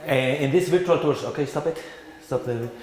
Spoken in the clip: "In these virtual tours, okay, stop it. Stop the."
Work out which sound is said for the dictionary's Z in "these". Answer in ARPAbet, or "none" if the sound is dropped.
S